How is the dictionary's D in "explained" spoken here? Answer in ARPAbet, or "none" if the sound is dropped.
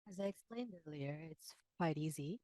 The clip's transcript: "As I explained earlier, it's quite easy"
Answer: D